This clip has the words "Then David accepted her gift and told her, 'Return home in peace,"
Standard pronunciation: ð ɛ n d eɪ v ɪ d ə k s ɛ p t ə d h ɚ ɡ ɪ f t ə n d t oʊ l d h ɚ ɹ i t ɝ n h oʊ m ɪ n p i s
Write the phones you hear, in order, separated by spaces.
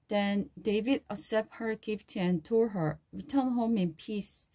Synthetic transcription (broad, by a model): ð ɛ n d eɪ v ɪ d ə s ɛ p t h ɚ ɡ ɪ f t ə n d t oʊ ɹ h ɚ ɹ i t ɝ n h oʊ m ɪ n p i s